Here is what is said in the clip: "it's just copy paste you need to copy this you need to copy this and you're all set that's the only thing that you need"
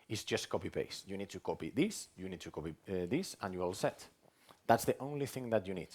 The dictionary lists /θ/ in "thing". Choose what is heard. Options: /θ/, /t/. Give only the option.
/θ/